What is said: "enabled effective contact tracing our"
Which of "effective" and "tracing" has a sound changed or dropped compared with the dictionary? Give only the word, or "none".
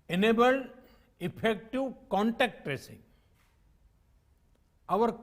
effective